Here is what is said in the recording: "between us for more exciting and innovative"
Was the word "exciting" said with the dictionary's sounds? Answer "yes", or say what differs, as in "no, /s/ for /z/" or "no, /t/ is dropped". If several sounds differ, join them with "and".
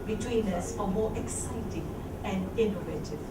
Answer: yes